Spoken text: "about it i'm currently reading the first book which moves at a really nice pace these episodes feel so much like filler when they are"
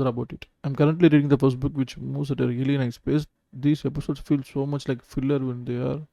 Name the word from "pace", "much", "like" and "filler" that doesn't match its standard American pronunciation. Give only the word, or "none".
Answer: none